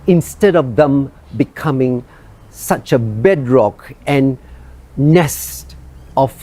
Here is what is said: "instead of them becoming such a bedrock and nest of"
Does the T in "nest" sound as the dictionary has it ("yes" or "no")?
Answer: yes